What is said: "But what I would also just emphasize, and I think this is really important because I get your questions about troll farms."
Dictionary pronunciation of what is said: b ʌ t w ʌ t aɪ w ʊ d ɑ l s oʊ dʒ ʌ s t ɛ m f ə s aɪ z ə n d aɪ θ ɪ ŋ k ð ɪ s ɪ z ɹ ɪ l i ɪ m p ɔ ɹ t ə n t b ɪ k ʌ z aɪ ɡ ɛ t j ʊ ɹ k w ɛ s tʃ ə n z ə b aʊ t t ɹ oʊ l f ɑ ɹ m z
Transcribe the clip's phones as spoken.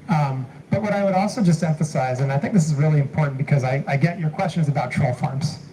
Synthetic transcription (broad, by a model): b ʌ t w ʌ t aɪ w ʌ d ɑ l s oʊ dʒ ʌ s t ɛ m f ə s aɪ z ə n aɪ θ ɪ ŋ k ð ɪ s ɪ z ɹ ɪ l i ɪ m p ɔ ɹ t n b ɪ k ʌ z aɪ ɡ ɛ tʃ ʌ ɹ k w ɛ s tʃ ə n z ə b aʊ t t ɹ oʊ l f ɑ ɹ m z